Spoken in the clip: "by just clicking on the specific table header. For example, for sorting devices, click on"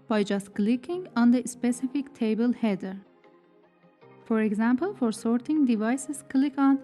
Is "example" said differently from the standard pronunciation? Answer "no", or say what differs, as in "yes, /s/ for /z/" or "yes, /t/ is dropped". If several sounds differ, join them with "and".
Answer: no